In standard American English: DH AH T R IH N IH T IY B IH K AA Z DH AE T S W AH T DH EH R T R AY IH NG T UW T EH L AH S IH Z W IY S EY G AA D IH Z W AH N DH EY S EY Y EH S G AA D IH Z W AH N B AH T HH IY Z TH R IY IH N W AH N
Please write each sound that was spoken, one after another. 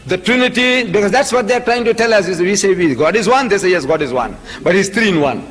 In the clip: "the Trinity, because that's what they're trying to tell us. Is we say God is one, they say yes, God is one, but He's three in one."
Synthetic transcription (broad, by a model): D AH T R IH N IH T IY B IH K AA Z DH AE T S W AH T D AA R T R AY IH NG T UW T EH L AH S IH S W IY S EY G AA D IH Z W AH N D EY S EY Y EH S G AA D IH Z W AH N B AH T HH IY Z T R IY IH N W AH N